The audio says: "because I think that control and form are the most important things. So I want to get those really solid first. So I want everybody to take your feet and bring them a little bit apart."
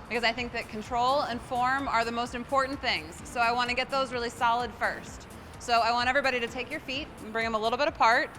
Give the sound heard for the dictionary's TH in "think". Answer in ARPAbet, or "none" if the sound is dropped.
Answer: TH